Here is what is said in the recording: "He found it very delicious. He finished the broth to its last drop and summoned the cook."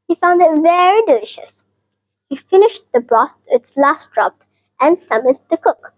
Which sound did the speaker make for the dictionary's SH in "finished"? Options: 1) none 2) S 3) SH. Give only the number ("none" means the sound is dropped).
3